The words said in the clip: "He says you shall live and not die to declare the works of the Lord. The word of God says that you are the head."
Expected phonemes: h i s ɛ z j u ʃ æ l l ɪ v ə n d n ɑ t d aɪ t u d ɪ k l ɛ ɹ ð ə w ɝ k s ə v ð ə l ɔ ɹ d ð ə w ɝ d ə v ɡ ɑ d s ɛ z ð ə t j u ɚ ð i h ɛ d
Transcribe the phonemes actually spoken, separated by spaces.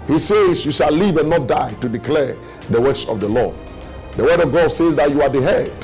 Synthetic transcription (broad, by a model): h i s ɛ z j u ʃ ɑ l l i v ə n n ɑ t d aɪ t u d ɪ k l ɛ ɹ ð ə w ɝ s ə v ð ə l ɔ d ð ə w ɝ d ə v ɡ ɑ d s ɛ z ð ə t j u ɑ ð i h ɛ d